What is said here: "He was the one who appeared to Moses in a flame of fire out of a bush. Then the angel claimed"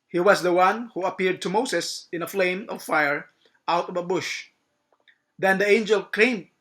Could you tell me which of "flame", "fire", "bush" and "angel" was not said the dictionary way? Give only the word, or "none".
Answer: none